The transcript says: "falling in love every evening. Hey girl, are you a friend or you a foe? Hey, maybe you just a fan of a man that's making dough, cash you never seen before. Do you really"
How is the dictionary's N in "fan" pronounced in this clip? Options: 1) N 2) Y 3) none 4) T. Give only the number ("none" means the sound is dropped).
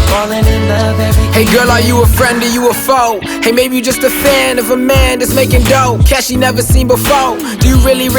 1